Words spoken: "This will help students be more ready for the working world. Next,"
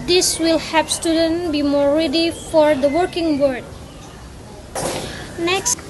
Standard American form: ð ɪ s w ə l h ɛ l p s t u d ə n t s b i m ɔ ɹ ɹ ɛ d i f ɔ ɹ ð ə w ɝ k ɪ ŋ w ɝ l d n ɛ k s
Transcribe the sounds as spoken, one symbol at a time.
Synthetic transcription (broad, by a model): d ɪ s w ə l h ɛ p s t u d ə n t b i m ɔ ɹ ɹ ɛ d i f ɔ ɹ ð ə w ɝ k ɪ ŋ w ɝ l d n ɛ k s